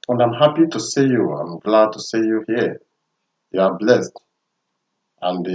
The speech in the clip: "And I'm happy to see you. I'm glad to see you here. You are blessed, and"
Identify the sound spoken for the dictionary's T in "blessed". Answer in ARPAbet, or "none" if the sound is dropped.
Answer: T